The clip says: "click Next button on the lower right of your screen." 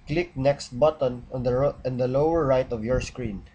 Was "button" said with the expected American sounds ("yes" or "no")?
yes